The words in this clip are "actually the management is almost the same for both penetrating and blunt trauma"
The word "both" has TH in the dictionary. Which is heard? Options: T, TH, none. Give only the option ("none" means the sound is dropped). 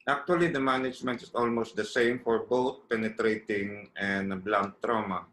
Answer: T